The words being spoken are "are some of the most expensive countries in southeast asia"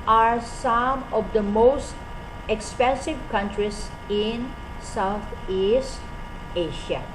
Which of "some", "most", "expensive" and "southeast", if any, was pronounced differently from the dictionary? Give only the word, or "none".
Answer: southeast